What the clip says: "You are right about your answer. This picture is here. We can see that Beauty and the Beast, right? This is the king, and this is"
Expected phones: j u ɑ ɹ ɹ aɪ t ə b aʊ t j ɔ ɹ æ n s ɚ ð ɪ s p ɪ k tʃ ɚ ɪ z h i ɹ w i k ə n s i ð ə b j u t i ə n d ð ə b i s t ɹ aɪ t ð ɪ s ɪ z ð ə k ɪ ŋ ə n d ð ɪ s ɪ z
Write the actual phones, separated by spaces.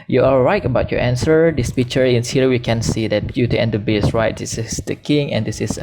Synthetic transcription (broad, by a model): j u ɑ l ɹ aɪ t ə b aʊ t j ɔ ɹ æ n s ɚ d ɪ s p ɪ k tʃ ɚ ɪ s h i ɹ w i k ə n s i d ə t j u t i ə n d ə b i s ɹ aɪ t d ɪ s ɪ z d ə k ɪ ŋ ə n d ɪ s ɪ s